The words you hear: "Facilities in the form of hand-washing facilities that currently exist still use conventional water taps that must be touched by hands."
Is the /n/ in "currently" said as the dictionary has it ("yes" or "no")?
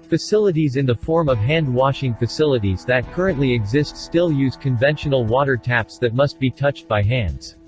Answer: yes